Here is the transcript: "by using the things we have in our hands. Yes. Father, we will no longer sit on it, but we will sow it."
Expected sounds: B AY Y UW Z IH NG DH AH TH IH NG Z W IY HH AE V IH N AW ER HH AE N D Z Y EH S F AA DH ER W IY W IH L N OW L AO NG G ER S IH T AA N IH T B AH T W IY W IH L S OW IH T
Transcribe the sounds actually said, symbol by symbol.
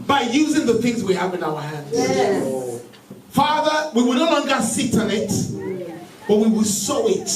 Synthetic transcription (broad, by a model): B AY Y UW Z IH NG DH AH TH IH NG Z W IY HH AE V IH N AW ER HH AE N D Z F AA DH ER W IY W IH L N OW L AO NG G ER S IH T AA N IH T B AH T W IY W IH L S OW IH T